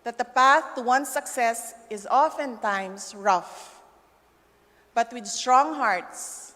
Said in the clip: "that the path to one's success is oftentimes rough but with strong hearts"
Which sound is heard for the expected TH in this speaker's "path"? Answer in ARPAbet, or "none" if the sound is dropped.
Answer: TH